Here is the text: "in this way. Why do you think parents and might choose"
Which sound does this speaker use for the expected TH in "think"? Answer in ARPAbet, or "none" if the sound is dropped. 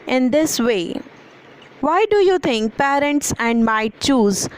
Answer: T